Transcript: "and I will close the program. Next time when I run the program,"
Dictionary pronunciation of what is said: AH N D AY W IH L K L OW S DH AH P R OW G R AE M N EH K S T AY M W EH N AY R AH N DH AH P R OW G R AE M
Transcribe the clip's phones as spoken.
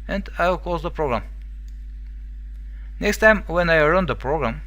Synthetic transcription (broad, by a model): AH N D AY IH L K OW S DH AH P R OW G R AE M N EH K S T AY M W EH N AY R AH N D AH P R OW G R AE M